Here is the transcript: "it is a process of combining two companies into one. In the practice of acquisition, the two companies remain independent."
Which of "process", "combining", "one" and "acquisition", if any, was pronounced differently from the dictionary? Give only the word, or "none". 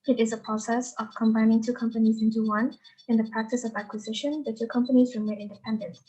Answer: none